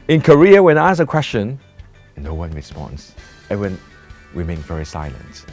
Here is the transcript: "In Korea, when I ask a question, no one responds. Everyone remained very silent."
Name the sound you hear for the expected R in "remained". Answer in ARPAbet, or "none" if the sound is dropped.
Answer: W